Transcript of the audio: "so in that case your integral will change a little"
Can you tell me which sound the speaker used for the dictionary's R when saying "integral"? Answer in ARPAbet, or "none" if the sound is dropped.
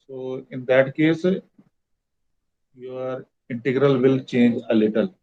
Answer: R